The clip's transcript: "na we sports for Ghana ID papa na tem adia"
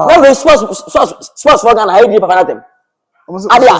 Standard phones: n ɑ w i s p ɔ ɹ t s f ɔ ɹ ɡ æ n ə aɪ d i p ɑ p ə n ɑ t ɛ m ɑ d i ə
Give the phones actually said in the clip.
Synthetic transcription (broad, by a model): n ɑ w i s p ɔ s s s p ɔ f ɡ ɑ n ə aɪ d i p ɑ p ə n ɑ t ɛ m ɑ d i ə